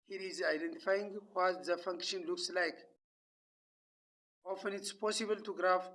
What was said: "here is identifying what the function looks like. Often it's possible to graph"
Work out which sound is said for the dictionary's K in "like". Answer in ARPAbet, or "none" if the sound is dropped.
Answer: K